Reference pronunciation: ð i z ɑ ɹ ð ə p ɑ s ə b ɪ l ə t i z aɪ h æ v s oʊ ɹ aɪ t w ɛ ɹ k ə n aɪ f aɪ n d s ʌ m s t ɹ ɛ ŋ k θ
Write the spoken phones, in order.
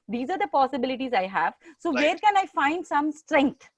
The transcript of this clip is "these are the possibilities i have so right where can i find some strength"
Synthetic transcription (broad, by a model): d i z ɑ ɹ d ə p ɑ s ə b ɪ l ə t i z aɪ h æ v s oʊ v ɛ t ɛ ɹ k ə n aɪ f aɪ n d s ʌ m s t ɹ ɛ ŋ k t